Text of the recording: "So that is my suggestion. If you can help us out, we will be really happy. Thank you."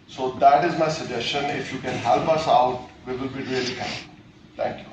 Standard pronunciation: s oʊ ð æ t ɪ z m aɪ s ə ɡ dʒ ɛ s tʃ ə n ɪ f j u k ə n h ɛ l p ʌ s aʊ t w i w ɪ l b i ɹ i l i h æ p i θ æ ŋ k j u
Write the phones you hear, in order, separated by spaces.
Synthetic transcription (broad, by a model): s oʊ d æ t ɪ z m aɪ s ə dʒ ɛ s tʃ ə n ɪ f j u k ə n h ɛ l p ʌ s aʊ t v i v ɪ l b i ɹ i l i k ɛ i t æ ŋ k j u